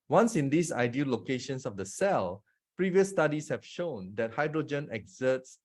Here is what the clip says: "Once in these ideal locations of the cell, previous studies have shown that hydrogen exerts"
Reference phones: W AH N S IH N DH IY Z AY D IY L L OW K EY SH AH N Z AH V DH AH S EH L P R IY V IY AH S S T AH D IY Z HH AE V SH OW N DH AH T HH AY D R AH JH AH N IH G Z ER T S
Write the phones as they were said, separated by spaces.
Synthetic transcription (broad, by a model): W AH N S IH N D IY S AY D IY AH L OW K EY SH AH N S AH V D AH S EH L P R IY V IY AH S S T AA D IY S HH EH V SH OW N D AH T HH AY D R AH JH AH N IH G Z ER T S